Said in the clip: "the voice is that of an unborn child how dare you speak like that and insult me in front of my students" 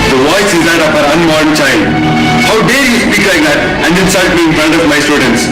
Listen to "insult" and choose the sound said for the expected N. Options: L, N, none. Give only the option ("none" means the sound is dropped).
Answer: L